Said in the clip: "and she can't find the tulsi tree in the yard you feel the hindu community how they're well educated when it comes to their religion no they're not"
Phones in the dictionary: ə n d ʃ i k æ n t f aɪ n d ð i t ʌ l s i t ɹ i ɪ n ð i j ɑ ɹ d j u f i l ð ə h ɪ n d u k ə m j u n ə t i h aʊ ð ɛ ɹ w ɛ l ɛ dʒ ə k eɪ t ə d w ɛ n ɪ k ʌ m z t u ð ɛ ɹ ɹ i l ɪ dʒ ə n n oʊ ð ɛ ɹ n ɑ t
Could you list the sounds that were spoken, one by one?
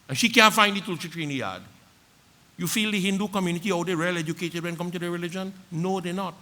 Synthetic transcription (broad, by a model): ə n ʃ i k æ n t f aɪ n d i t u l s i t ɹ i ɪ n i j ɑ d j u f i l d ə h ɪ n d u k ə m j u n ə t i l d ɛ ɹ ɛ l ɛ dʒ ə k eɪ t ə d w ɛ n k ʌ m t u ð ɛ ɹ ɹ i l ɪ dʒ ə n n oʊ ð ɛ n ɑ t